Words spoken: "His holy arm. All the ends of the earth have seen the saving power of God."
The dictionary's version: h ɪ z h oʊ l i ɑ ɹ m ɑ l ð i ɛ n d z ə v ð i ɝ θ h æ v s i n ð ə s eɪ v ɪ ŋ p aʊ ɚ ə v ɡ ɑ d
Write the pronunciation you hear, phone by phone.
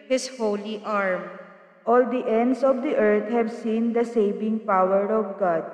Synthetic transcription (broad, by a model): h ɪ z h oʊ l i ɑ ɹ m ɑ l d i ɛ n d s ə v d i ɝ t h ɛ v s i n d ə s eɪ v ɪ ŋ p aʊ ɚ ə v ɡ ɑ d